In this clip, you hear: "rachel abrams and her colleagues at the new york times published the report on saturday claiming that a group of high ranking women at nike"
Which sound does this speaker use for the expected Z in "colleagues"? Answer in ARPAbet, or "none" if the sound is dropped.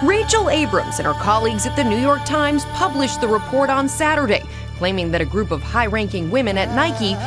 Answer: Z